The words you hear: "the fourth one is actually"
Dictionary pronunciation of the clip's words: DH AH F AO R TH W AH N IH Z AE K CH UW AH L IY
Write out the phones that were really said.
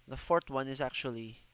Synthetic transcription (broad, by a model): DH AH F AO R T W AH N IH Z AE K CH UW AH L IY